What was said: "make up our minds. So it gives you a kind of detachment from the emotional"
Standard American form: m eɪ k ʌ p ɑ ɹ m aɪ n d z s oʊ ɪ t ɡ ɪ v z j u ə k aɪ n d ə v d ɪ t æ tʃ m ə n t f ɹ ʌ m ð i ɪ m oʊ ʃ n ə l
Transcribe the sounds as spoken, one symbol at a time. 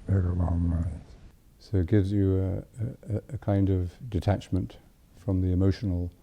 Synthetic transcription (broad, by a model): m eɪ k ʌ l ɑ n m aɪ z s oʊ ɪ t ɡ ɪ v z j ə k aɪ n d ə v d ɪ t æ tʃ m ə n t f ɹ ʌ m ð i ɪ m oʊ ʃ n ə l